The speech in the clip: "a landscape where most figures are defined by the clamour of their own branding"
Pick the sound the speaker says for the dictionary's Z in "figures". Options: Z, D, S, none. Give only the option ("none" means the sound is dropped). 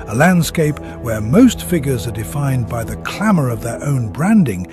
Z